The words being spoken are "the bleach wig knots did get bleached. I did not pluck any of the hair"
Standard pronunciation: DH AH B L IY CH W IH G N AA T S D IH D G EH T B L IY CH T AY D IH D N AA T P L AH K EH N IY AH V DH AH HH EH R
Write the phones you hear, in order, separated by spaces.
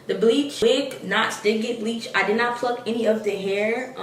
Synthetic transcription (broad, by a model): DH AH B L IY CH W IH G N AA T S D IH D G EH T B L IY CH AY D IH D N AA T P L AH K EH N IY AH V DH AH HH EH R